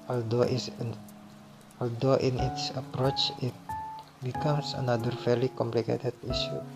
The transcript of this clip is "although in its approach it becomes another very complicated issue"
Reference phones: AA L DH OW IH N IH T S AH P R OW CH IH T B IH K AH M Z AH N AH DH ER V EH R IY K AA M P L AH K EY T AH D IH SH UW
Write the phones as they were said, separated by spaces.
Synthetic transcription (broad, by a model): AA L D OW IH N IH T S AH P R OW CH IH T B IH K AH M S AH N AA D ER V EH L IY K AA M P L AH K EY T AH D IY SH UW